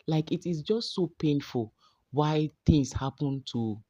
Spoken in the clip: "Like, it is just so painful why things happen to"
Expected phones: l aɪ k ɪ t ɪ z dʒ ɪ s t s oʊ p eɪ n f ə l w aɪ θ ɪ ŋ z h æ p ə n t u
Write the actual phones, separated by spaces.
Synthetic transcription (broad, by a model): l aɪ k ɪ t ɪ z dʒ ɪ s t s oʊ p eɪ n f ə l w aɪ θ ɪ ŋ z h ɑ p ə n t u